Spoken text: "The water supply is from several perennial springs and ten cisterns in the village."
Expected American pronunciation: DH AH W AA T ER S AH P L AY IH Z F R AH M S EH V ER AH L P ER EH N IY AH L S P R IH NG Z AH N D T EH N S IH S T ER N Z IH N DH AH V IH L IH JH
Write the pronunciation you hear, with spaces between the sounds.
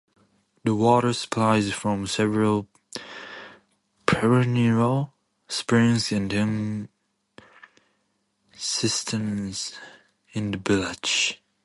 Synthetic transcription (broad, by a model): DH AH W AA T ER S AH P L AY IH Z F R AH M S EH V ER AH L P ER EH N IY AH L S P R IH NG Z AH N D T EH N S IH S T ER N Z IH N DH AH B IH L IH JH